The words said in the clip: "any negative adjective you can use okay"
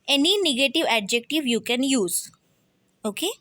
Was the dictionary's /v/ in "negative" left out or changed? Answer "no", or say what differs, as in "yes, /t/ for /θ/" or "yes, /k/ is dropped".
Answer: no